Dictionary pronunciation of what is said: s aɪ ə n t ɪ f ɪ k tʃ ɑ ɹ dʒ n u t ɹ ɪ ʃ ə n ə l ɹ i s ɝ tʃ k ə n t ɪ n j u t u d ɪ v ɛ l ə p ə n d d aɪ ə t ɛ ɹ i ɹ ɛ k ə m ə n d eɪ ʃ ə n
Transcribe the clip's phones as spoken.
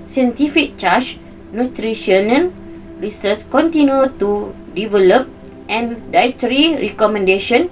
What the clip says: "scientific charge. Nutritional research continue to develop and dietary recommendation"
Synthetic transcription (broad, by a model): s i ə n t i f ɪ k tʃ ɑ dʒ n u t ɹ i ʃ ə n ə n ɹ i s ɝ s k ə n t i n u t u d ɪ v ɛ l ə p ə n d d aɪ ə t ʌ ɹ i ɹ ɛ k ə m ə n d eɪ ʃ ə n